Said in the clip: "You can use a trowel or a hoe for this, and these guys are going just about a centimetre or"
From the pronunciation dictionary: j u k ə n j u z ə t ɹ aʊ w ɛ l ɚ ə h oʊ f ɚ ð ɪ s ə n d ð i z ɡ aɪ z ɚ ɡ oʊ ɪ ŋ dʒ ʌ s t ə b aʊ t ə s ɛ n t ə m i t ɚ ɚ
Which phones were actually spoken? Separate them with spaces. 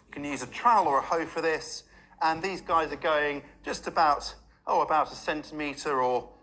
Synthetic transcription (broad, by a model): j k ə n j u z ə t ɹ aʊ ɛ l ɚ ə h oʊ f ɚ ð ɪ s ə n ð i z ɡ aɪ z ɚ ɡ oʊ ɪ ŋ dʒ ʌ s t ə b aʊ t ə s ɛ n t ə m i t ɚ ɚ